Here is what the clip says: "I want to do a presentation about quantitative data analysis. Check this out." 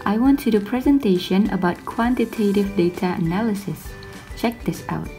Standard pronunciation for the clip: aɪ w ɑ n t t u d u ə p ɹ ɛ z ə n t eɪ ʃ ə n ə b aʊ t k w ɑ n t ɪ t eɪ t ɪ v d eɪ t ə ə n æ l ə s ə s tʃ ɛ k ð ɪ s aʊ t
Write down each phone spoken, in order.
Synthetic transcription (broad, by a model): aɪ w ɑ n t t u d ə p ɹ ɛ z ə n t eɪ ʃ ə n ə b aʊ t k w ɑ n t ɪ t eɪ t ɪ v d eɪ t ə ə n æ l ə s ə s tʃ ɛ k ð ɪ s aʊ t